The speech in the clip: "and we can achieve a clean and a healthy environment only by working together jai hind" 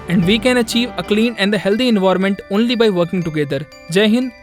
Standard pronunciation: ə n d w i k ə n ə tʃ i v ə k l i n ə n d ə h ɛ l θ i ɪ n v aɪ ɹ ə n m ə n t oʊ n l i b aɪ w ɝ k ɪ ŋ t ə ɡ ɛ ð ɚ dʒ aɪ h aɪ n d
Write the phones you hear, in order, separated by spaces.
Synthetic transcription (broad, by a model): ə n d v i k ə n ə tʃ i v ə k l i n ə n d ə h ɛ l t i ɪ n v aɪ ɹ m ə n t oʊ n l i b aɪ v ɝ k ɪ ŋ t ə ɡ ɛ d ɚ dʒ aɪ h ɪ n